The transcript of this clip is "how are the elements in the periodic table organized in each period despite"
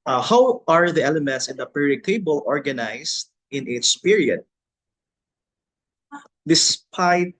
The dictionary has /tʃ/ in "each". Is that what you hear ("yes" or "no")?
no